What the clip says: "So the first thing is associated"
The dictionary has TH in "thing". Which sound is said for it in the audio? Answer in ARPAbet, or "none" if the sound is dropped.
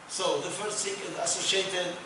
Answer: S